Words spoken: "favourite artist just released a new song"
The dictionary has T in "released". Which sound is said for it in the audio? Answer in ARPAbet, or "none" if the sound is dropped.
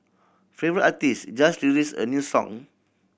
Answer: none